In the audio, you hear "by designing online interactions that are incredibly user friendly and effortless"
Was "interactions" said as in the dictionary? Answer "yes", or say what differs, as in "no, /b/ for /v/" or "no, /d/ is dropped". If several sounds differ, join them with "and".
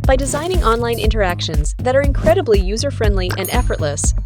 yes